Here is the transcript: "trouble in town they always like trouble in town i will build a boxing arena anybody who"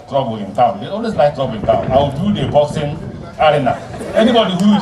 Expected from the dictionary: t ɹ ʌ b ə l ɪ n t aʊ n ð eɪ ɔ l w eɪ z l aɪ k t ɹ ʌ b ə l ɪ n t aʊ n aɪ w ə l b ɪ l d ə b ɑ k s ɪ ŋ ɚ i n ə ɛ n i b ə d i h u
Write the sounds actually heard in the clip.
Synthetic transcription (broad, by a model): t ɹ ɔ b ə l ɪ n t aʊ n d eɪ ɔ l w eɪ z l aɪ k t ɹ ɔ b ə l ɪ n t aʊ n aɪ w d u d ə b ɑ s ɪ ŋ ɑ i n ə ɛ n i b ə d i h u